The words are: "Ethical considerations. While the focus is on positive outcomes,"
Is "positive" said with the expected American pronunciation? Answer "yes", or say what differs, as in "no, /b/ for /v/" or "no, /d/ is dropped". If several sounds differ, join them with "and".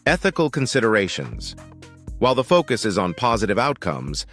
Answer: yes